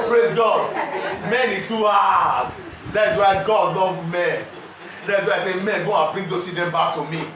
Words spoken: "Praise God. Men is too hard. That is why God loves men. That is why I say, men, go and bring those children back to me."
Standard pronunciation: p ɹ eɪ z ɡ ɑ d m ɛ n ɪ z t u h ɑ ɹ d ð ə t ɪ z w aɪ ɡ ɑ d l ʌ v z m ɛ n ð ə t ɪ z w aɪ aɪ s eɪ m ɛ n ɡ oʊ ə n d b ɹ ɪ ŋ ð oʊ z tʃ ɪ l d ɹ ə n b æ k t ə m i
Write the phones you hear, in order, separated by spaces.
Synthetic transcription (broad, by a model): p ɹ eɪ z ɡ ɑ d m ɛ n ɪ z t u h ɑ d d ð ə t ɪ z w aɪ ɡ ɑ d l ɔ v m ɛ n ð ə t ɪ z w aɪ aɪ s eɪ m ɛ n ɡ oʊ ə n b ɹ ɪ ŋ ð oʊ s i d ə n b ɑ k t ə m i